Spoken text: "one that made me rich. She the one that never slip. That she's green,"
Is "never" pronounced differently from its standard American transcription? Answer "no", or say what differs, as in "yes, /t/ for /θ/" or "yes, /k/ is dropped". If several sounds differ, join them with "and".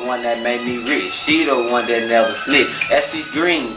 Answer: yes, /v/ is dropped